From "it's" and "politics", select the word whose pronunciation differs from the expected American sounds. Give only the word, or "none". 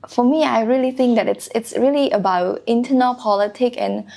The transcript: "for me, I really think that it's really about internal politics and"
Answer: politics